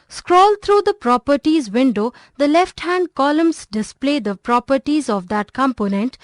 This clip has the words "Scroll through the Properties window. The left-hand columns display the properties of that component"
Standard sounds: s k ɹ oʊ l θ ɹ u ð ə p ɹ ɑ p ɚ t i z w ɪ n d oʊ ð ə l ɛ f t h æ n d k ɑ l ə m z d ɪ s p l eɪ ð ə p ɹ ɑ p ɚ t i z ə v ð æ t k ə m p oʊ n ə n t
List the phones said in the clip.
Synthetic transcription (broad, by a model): s k ɹ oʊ l t ɹ u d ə p ɹ ɑ p ɚ t i z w ɪ n d oʊ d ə l ɛ f t h æ n d k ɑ l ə m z d ɪ s p l eɪ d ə p ɹ ɑ p ɚ t i z ə v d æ t k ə m p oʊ n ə n t